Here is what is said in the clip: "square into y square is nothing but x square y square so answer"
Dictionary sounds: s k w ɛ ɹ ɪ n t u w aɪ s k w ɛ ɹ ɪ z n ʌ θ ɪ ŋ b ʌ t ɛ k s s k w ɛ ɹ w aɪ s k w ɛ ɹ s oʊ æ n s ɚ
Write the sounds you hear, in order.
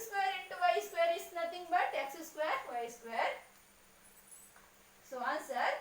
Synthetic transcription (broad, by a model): s k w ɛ ɹ ɪ n t u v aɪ s k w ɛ ɹ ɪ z n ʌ t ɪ ŋ b ʌ t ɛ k s s k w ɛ ɹ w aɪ s k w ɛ ɹ s oʊ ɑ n s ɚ